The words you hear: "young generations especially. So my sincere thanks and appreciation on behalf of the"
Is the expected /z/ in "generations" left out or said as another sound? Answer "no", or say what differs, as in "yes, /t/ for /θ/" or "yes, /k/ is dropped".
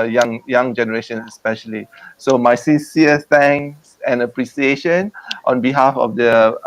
yes, /z/ is dropped